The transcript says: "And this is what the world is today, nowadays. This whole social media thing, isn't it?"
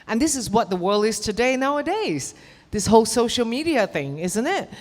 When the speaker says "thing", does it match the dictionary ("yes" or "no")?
yes